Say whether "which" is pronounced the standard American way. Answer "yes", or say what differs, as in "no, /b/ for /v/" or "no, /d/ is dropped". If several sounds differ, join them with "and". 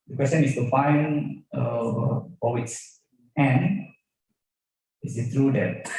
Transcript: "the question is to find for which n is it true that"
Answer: no, /s/ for /tʃ/